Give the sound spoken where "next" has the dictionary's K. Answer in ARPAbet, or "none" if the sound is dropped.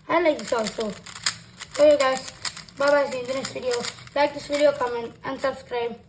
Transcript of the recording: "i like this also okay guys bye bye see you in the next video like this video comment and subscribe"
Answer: none